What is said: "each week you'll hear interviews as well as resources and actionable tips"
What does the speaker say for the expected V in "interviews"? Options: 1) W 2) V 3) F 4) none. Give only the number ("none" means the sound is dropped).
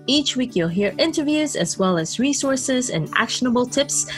2